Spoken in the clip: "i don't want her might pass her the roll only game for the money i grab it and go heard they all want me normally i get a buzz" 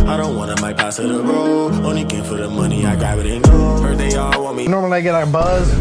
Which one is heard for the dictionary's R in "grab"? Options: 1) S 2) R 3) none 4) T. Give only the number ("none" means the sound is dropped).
3